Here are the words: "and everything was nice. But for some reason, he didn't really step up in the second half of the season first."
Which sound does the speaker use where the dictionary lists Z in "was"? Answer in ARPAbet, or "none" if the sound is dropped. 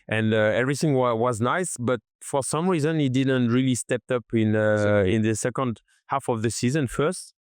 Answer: Z